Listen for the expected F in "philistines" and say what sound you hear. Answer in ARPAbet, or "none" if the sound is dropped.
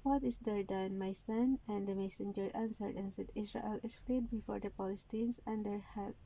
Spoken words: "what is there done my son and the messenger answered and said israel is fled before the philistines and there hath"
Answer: P